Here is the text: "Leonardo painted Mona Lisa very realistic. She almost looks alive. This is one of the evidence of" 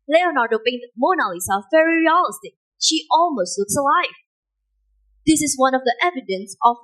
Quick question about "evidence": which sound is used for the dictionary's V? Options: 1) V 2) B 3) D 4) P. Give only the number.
1